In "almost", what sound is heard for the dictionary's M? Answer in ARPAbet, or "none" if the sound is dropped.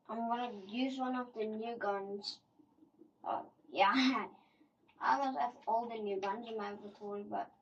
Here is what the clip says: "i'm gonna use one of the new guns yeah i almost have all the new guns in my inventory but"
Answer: none